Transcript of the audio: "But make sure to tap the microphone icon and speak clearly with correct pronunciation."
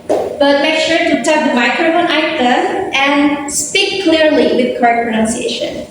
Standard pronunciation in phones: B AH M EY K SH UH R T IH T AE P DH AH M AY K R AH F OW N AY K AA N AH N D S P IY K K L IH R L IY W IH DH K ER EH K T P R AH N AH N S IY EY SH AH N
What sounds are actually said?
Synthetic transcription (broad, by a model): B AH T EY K S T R T IH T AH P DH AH M AY K R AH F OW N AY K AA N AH N S P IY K K L IH R L IY W IH DH K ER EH K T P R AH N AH N S IY EY SH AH N